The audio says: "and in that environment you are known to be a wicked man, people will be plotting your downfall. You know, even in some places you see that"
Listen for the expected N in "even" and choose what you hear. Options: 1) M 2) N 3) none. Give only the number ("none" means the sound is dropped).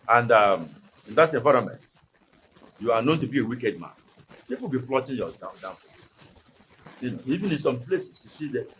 2